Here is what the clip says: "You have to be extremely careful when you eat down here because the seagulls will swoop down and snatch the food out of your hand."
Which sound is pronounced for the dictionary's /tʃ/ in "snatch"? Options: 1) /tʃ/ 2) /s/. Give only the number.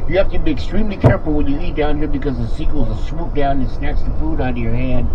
2